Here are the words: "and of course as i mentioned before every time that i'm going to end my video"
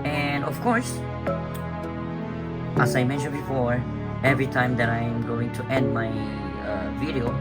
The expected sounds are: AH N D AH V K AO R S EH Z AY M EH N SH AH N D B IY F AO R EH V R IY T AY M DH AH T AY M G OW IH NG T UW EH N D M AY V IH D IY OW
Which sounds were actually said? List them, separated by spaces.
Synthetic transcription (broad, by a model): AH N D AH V K AO R S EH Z AY M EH N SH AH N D B IY F AO R EH V R IY T AY M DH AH T AY M G OW IH NG T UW EH N D M AY V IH D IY OW